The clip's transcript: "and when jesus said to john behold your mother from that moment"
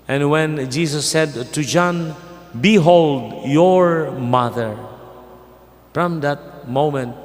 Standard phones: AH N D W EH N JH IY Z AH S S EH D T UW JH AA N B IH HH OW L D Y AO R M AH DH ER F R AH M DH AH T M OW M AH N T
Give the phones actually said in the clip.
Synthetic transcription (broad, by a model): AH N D W EH N JH IY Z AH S S EH D T UW JH AA N B IH HH OW L D Y AO R M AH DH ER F R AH M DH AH T M OW M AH N T